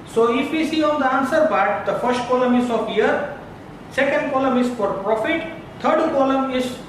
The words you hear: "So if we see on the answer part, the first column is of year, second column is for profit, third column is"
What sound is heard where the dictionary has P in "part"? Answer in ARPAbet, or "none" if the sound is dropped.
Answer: B